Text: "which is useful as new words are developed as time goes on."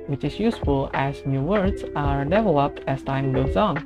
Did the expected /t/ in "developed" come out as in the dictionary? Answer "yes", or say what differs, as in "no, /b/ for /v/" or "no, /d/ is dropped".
yes